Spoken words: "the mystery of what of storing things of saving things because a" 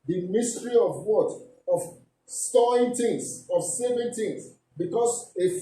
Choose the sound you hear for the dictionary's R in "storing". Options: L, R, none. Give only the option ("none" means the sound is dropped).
none